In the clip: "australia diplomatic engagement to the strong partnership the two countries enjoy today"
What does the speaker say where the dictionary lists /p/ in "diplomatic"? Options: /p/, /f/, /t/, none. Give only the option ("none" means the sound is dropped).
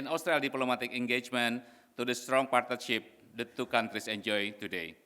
none